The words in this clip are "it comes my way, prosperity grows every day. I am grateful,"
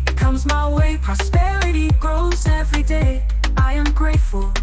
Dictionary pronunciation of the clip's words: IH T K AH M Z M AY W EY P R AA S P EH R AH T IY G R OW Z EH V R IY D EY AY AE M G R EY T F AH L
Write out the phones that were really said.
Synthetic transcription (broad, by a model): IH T K AH M Z M AY W EY P R AA S P EH R AH T IY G R OW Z EH V R IY D EY AY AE M G R EY T F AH L